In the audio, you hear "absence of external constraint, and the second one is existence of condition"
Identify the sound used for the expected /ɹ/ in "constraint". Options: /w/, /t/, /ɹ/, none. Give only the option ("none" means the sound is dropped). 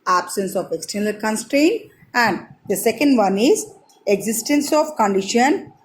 /ɹ/